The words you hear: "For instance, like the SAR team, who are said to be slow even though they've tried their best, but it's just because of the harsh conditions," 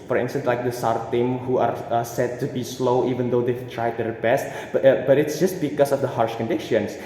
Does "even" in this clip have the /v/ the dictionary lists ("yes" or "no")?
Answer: yes